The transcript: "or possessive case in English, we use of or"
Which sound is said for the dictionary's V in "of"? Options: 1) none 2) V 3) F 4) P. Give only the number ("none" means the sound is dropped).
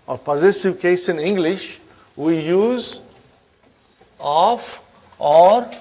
3